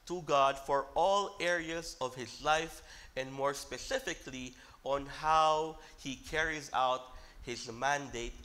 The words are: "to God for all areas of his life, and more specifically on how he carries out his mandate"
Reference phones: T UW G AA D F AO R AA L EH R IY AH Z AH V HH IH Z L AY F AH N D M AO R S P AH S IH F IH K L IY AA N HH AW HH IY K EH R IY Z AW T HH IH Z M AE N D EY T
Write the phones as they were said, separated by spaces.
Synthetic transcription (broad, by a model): T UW G AA D F AO R AA L EH R IY AH Z AH V HH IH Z L AY F AH N D M AO R S P AH S IH F IH K L IY AA N HH AW HH IY K EH R IY Z AW T HH IH Z M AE N D EY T